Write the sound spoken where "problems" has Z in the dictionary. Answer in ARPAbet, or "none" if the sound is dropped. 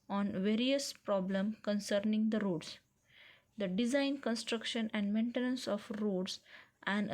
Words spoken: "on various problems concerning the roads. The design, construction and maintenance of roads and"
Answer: none